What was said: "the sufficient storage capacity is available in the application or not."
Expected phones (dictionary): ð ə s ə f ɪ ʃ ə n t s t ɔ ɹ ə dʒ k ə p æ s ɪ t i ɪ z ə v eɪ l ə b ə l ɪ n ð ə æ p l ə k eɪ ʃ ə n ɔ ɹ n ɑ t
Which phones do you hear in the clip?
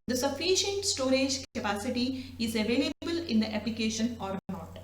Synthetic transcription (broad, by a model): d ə s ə f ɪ ʃ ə n t s t ɔ ɹ ə dʒ k ə p æ s ɪ t i ɪ z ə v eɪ l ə b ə l ɪ n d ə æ p l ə k eɪ ʃ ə n ɔ ɹ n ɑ t